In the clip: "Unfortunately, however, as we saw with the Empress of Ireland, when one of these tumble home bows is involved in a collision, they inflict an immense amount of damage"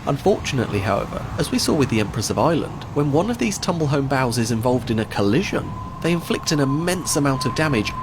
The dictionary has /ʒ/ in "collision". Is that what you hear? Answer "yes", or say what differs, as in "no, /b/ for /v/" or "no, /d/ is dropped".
yes